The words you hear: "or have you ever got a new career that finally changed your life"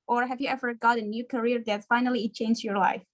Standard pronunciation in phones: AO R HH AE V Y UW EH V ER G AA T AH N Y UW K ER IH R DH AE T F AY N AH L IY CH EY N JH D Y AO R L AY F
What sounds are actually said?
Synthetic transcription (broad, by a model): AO R HH AE V Y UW EH V ER G AA T AH N Y UW K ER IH R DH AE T F AY N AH L IY CH EY N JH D Y AO R L AY F